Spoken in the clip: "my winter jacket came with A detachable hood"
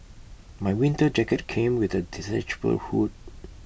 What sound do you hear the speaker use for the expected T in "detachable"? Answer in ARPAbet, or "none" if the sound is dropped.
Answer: S